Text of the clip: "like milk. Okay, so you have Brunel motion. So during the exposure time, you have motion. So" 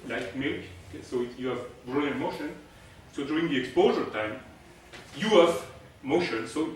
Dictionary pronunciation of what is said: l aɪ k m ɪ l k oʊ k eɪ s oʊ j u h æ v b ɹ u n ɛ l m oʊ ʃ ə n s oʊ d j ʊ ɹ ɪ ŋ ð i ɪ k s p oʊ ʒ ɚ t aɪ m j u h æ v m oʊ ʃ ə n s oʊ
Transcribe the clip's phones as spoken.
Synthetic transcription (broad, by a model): l aɪ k m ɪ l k oʊ ɪ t j u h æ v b ɹ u ɛ n m oʊ ʃ ə n s oʊ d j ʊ ɹ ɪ ŋ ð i ɪ k s p oʊ ʒ ɚ t aɪ m j u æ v m oʊ ʃ ə n s oʊ